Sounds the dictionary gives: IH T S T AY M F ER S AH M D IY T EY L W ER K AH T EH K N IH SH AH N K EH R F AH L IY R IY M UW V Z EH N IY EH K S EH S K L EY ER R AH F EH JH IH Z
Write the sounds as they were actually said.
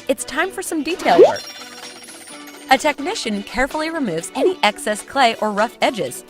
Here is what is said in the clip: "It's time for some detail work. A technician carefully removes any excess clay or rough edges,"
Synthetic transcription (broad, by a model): IH T S T AY M F ER S AH M D IY T EY L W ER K AH T EH K N IH SH AH N K EH R F L IY R IY M UW V Z EH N IY EH K S EH S K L EY ER R AH F EH JH IH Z